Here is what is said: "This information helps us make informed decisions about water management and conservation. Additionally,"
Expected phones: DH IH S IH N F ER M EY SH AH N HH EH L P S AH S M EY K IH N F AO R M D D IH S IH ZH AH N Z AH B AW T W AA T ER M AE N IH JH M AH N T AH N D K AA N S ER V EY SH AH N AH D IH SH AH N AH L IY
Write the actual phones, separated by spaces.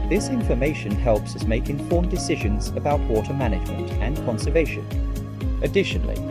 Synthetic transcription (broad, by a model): DH IH S IH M F ER M EY SH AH N HH EH L P S AH S M EY K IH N F AO R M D D IH S IH ZH AH N Z AH B AW T W AA T ER M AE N IH JH M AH N T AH N K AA N S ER V EY SH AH N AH D IH SH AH N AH L IY